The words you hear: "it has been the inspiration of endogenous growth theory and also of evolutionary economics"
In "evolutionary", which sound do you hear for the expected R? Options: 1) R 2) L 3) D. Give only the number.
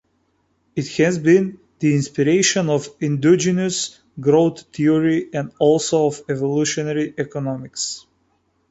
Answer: 1